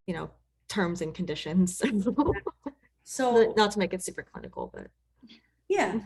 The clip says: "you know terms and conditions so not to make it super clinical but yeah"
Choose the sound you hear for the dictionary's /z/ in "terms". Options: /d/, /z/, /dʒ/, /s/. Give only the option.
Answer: /z/